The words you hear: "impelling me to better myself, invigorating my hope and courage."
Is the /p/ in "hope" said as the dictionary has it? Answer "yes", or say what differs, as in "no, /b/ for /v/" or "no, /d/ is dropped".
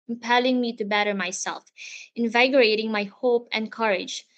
yes